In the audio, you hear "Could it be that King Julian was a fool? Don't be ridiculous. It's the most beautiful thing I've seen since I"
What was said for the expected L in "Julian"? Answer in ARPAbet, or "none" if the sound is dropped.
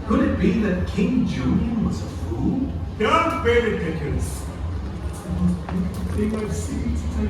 N